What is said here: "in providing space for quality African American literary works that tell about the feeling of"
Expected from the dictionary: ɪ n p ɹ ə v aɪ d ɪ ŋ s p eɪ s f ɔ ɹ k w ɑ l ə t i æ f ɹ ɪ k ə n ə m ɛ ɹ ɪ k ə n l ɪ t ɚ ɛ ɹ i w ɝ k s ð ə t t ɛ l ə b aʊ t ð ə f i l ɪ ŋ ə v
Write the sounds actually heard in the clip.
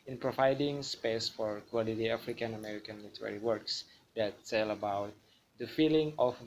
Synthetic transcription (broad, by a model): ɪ n p ɹ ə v aɪ d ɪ ŋ s p eɪ s f ɔ ɹ k w ɑ l ə t i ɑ f ɹ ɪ k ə n ə m ɛ ɹ ɪ k ə n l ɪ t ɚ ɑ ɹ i w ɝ k s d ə t s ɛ l ə b aʊ t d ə f i l ɪ ŋ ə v